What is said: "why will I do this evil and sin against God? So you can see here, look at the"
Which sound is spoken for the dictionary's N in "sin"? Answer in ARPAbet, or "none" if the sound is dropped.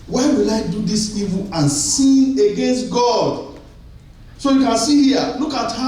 none